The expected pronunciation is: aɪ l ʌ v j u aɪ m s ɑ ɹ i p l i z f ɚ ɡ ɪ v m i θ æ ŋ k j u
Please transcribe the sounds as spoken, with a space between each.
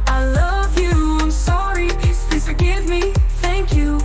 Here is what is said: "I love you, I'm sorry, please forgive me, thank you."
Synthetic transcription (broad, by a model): aɪ l ʌ v j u aɪ m s ɑ ɹ i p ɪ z f ɚ ɡ ɪ v m i θ æ ŋ k j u